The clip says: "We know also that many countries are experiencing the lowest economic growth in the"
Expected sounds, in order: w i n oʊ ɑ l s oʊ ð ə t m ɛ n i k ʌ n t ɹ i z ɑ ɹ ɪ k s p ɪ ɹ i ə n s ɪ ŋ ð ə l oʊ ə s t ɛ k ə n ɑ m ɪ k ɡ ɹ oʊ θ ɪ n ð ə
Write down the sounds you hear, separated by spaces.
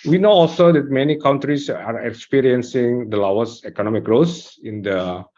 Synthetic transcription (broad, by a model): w i n oʊ ɑ l s oʊ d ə t m ɛ n i k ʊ n t ɹ i s ɑ ɹ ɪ k s p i ɹ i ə n s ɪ ŋ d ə l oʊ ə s ɛ k ə n ɑ m ɪ k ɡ ɹ oʊ s ɪ n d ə